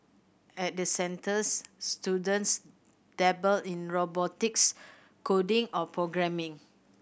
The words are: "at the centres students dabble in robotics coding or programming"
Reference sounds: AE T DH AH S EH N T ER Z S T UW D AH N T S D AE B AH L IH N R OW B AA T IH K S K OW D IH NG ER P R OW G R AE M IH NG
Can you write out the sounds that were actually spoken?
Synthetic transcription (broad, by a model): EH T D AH S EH N T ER S T UW D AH N T S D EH B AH L IH N R OW B AA T IH K S K OW D IH NG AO P R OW G R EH M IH NG